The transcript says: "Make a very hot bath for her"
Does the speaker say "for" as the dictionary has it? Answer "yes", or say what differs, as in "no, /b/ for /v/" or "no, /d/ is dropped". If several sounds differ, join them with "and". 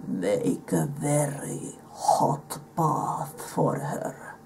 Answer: yes